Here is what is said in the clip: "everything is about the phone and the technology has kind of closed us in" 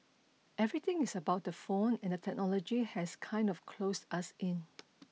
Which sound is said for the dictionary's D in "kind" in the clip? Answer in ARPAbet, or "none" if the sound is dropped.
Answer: D